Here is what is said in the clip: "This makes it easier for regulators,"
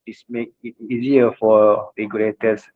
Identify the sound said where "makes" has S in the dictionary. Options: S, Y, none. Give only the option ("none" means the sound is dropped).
none